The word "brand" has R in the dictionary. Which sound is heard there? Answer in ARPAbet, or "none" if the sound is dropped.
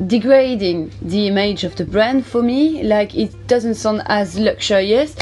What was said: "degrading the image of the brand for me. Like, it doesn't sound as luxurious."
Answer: R